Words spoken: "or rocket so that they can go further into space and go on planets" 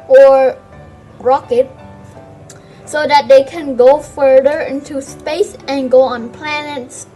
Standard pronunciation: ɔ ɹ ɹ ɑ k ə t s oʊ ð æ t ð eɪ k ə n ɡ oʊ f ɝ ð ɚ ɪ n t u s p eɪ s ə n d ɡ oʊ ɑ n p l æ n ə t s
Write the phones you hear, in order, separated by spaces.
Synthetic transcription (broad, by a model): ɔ ɹ ɹ ɑ k ə t s oʊ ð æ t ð eɪ k ə n ɡ oʊ f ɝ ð ɚ ɪ n t u s p eɪ s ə n ɡ oʊ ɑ n p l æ n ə t s